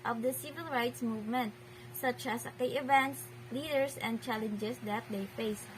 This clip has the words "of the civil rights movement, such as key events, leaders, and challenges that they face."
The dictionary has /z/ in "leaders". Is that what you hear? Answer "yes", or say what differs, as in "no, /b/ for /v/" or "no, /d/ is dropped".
no, /s/ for /z/